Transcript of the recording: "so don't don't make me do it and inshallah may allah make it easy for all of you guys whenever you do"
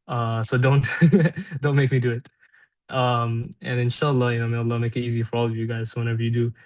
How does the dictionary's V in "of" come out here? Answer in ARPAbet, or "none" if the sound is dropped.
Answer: V